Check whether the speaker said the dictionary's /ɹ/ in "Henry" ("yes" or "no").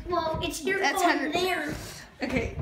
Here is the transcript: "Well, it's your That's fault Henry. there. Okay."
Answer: no